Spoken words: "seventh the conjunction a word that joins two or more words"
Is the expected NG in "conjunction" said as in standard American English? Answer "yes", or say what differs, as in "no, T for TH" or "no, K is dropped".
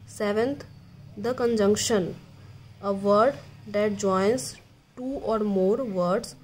yes